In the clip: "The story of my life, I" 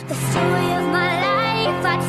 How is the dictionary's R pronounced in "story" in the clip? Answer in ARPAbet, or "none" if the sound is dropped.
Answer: none